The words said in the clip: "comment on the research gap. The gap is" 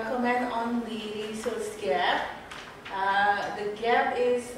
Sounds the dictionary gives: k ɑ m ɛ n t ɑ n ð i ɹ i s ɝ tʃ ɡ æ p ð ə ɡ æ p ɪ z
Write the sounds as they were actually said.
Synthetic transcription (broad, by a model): k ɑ m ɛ n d ɑ n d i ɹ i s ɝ s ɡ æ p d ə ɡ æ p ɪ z